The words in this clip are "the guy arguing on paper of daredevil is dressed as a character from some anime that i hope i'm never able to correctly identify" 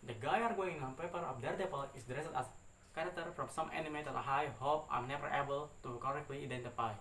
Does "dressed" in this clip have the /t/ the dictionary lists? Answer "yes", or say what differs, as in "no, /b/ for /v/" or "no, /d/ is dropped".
no, /t/ is dropped